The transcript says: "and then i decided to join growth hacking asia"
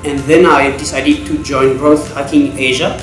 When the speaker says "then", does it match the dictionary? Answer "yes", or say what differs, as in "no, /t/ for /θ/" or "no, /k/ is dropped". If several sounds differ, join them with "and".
yes